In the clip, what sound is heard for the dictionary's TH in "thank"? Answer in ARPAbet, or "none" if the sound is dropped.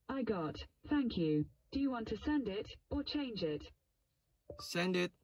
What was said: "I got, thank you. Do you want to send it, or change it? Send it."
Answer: TH